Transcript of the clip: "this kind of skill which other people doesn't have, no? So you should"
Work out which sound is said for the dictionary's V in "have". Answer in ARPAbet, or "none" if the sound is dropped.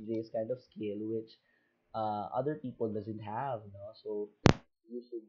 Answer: V